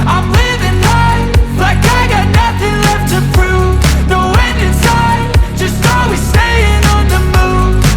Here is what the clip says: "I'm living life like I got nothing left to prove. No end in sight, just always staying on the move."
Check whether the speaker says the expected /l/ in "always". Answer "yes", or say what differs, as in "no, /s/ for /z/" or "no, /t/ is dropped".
no, /l/ is dropped